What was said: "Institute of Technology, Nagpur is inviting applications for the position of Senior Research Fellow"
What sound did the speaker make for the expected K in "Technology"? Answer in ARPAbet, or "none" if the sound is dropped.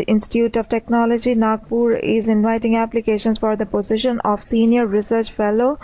K